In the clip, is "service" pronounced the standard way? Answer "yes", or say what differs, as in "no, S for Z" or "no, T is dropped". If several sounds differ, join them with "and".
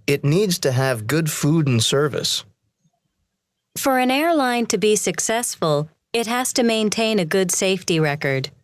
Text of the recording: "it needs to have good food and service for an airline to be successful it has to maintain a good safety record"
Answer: yes